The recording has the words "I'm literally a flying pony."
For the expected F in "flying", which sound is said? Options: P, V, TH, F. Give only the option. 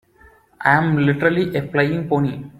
P